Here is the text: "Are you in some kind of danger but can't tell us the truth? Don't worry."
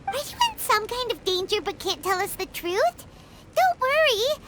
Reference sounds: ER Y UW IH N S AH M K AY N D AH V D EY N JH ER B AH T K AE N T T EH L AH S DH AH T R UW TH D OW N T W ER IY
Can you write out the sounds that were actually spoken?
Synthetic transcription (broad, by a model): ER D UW IH N S AH M K AY N D AH V D EY N JH ER B AH T K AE N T T EH L AH S DH AH T R UW TH D OW N T W ER IY